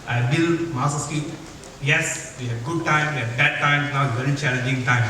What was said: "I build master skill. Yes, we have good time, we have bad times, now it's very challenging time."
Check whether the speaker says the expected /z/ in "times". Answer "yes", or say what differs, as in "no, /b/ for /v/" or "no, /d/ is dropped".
no, /z/ is dropped